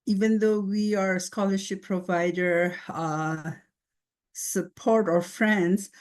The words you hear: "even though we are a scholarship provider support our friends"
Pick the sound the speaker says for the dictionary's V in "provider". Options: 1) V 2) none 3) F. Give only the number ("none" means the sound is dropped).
1